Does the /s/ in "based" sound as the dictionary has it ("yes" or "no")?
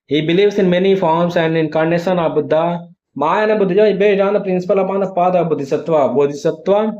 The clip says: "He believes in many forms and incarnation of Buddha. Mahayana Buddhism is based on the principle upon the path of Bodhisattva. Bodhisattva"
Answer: no